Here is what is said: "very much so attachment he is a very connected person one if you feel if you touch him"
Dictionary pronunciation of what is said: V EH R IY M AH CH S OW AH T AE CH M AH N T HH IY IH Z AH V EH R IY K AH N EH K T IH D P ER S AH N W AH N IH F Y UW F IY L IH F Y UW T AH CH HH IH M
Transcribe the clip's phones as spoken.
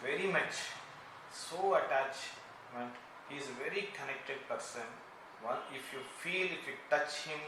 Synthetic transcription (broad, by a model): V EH R IY M AH CH S OW AH T AE CH M AH N T HH IY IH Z AH V EH R IY K AH N EH K T IH D P ER S AH N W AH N IH F Y UW F IY L IH F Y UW T AH CH HH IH M